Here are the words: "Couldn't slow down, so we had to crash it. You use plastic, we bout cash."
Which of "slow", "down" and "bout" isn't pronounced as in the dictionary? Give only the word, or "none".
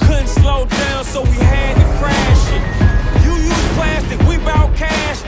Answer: down